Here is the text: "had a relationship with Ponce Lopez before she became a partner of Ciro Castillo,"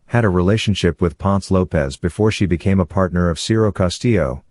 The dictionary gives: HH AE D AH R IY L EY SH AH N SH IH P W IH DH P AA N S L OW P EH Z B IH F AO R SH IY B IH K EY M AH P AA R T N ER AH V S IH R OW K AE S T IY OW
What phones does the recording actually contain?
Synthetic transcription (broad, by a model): HH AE D AH R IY L EY SH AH N SH IH P W IH DH P AA N S L OW P EH Z B IH F AO R SH IY B IH K EY M AH P AA R T N ER AH V S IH R OW K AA S T IY OW